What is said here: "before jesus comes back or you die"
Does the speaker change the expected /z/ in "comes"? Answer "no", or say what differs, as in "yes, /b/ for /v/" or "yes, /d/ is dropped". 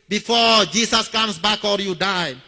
yes, /s/ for /z/